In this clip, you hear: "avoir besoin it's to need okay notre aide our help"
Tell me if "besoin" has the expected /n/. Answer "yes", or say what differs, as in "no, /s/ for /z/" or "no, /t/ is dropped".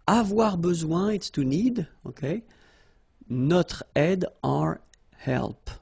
no, /n/ is dropped